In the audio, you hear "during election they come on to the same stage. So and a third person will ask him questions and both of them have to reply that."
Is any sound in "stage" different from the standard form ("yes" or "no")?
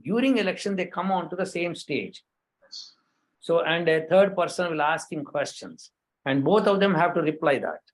no